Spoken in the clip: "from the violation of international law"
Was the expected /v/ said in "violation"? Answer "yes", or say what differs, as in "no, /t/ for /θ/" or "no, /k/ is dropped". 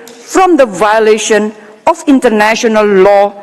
yes